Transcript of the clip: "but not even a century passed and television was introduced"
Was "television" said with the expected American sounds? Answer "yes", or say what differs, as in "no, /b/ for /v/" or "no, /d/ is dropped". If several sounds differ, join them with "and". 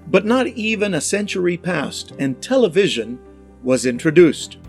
yes